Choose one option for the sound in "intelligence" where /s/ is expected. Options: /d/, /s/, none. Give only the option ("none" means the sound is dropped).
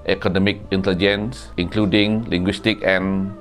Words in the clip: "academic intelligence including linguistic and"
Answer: /s/